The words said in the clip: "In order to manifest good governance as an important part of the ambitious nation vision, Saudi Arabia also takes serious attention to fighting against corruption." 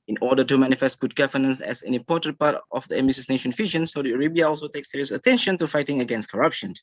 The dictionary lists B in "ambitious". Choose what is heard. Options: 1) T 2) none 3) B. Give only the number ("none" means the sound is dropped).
2